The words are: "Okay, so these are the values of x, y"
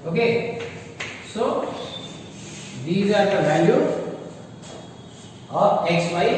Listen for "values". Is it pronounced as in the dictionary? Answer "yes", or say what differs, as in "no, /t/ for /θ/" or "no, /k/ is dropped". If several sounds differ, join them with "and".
no, /z/ is dropped